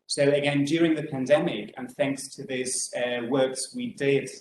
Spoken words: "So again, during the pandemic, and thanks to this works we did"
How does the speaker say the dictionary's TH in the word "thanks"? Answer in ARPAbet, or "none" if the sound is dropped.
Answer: TH